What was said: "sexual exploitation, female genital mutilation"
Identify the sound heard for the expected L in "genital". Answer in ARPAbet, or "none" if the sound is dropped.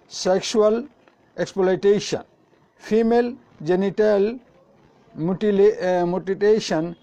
L